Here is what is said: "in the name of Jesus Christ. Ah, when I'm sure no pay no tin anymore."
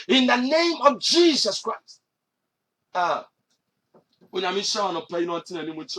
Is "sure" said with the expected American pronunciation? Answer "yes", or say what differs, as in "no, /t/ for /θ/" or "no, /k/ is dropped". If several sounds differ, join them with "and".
no, /w/ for /ɹ/